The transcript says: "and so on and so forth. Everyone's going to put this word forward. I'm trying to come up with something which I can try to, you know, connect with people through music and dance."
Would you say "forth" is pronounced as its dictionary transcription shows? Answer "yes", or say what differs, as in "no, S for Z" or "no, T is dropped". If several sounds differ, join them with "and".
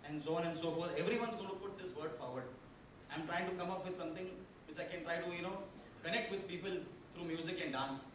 no, T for TH